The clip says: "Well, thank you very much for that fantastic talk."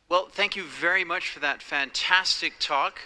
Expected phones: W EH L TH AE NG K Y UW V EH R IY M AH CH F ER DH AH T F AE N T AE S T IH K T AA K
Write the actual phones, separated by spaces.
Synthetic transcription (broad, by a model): W EH L TH AE NG K Y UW V EH R IY M AH CH F ER DH AH T F AE N T AE S T IH K T AA K